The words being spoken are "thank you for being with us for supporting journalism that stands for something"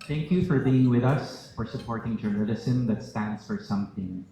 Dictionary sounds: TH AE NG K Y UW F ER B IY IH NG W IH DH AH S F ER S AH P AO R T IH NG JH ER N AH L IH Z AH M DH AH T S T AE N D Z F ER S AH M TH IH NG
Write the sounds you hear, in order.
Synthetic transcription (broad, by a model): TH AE NG K Y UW F ER B IY IH NG W IH DH AH S F ER S AH P AO R T IH NG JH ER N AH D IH S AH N DH AH T S T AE N D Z F ER S AH M TH IH NG